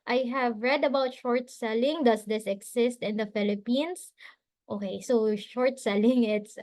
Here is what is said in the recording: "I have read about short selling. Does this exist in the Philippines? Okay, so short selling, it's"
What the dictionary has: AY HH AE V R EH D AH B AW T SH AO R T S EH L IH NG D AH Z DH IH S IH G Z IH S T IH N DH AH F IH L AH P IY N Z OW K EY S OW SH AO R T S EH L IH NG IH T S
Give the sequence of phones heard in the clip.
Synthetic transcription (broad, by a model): AY HH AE V R EH D AH B AW T SH AO R T S EH L IH NG D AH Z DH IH S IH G S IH S T IH N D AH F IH L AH P IY N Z OW K EY S OW SH AO R T S EH L IH NG IH T S